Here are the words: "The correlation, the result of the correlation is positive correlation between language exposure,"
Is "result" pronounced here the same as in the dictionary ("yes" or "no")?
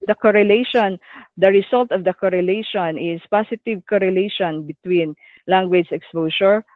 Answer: no